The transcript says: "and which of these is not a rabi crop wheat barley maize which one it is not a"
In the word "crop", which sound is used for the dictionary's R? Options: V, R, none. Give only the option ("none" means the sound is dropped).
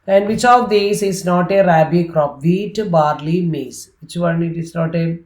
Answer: R